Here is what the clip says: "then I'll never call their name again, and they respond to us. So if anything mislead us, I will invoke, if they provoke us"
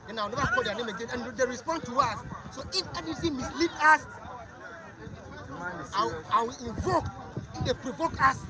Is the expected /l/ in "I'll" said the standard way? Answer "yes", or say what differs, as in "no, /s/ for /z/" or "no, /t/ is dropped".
no, /w/ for /l/